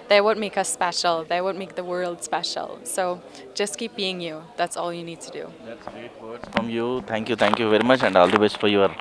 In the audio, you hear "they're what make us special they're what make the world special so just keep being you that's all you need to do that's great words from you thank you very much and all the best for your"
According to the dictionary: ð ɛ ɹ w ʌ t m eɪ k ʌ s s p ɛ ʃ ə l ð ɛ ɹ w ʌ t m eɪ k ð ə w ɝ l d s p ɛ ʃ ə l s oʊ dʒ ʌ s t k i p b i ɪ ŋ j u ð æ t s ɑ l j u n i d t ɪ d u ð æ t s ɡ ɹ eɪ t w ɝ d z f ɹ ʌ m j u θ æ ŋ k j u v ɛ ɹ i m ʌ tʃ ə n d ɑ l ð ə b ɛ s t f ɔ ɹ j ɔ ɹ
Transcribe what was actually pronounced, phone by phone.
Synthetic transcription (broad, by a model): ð ɛ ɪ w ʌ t m eɪ k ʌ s s p ɛ ʃ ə l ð ɛ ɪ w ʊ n m eɪ k ð ə w ɝ l d s p ɛ ʃ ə l s oʊ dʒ ʌ s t k i p b i ɪ ŋ j u ð æ t s ɑ l j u n i d t ɪ d u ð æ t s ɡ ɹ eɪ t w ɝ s f ɹ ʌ m j u t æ ŋ k j u v ɛ ɹ i m ʌ tʃ ə n d ɑ l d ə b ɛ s f ɔ ɹ j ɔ ɹ